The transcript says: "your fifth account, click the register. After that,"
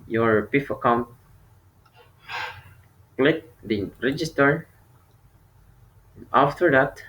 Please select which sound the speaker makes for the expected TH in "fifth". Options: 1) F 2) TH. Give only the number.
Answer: 1